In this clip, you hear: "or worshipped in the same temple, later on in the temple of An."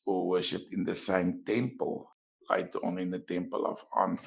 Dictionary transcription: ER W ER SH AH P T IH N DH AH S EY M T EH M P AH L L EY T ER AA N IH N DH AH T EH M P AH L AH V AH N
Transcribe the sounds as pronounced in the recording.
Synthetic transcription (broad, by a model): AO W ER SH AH T IH N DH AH S EY M T EH M P AH L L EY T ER AA N IH N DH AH T EH M P AH L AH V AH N